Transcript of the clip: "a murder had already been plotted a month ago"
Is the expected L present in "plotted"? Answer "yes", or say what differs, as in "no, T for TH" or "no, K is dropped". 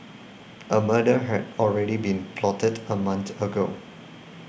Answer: yes